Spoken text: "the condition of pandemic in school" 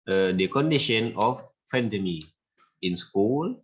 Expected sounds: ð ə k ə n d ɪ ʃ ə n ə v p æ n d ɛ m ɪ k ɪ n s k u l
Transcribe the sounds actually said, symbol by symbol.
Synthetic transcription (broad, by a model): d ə k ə n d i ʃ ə n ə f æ n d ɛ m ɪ ɪ n s k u l